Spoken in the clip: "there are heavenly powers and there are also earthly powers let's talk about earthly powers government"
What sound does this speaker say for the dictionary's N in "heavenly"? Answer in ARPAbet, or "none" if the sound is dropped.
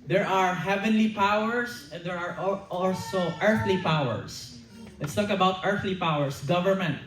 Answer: N